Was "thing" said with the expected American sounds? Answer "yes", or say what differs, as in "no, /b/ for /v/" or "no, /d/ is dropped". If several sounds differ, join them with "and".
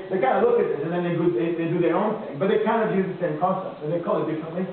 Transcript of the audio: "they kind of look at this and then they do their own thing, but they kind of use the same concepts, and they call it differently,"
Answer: yes